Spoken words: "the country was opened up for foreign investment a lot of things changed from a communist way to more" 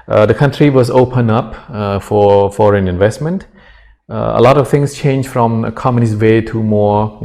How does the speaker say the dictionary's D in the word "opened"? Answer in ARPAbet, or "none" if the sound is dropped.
none